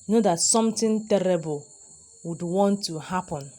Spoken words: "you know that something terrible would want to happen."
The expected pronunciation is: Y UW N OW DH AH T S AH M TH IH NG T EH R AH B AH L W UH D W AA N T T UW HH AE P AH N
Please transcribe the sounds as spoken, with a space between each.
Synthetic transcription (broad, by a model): N OW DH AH T S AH M T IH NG T EH R AH B AH L W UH D W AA N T T UW HH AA P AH N